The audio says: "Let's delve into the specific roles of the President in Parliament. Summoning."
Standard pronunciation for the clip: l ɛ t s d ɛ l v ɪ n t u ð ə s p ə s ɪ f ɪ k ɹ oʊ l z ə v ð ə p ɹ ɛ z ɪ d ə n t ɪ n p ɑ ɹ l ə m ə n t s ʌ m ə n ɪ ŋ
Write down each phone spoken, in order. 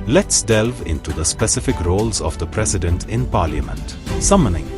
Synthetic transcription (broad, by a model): l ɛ t s d ɛ l v ɪ n t u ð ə s p ə s ɪ f ɪ k ɹ oʊ l z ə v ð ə p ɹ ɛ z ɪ d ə n t ɪ n p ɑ ɹ l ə m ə n t s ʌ m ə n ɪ ŋ